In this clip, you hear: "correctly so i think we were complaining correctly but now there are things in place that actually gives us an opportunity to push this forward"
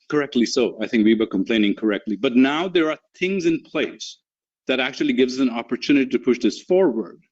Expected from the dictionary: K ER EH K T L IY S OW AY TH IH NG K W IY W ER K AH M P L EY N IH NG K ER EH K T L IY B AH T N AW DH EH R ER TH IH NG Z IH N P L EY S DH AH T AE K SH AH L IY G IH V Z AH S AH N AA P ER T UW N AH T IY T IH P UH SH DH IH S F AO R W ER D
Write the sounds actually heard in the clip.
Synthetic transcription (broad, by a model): K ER EH K T L IY S OW AY TH IH NG K W IY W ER K AH M P L EY N IH NG K ER EH K T L IY B AH T N AW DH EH R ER TH IH NG Z IH N P L EY S DH AH T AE K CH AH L IY G IH V Z AH S AH N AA P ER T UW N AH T IY T IH P UH SH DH IH S F AO R W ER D